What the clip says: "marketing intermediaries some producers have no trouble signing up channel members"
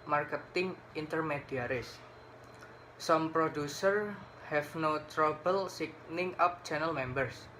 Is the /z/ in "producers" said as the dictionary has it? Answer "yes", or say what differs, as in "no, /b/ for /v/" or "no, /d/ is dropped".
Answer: no, /z/ is dropped